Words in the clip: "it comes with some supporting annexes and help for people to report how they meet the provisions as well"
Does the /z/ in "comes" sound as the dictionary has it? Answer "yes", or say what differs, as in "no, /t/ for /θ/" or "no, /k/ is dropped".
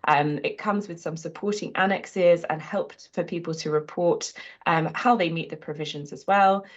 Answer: yes